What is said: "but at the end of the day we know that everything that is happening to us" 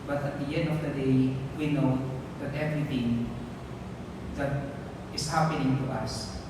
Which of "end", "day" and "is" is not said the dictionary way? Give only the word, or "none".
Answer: is